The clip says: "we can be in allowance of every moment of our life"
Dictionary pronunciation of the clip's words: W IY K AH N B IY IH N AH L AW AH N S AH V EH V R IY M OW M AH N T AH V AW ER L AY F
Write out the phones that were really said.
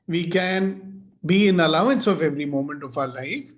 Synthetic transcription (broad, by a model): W IY K AH N B IY IH N AH L AW AH N S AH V EH V R IY M OW M AH N T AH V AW L AY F